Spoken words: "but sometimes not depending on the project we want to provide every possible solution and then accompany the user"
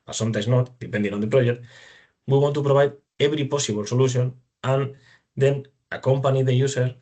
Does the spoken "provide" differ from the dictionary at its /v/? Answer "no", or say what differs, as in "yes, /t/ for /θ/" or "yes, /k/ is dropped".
yes, /b/ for /v/